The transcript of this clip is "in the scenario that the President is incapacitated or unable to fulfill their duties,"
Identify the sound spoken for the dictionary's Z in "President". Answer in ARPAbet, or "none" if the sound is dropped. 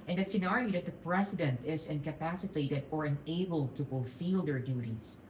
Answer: S